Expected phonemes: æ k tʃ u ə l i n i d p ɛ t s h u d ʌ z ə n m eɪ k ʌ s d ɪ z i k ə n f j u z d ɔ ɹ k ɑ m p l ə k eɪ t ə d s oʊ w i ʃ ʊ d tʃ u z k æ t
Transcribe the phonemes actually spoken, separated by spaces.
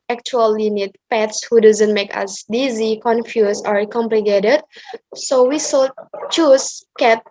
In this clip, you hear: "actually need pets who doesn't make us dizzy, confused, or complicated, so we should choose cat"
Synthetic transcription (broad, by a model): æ k tʃ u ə l i n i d p ɛ t s h u d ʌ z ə n m eɪ k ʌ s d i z i k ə n f j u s ɔ ɹ k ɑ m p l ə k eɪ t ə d s oʊ w i s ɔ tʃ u s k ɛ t